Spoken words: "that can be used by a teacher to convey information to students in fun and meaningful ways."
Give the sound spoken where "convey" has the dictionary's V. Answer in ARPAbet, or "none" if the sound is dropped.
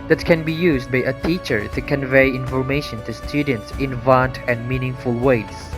V